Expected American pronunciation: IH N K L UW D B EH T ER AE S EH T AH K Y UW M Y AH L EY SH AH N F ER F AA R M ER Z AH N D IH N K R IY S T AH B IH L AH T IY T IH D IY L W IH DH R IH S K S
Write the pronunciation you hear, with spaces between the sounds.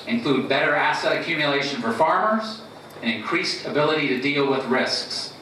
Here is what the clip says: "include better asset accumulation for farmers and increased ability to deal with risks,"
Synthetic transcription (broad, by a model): IH N K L UW D B EH T ER AE S EH T AH K Y UW M Y AH L EY SH AH N F ER F AA R M ER Z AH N IH N K R IY S T AH B IH L AH T IY T IH D IY L W IH DH R IH S K S